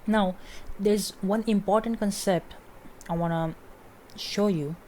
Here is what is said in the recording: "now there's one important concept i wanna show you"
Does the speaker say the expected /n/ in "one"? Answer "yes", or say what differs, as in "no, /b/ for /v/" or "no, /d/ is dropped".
yes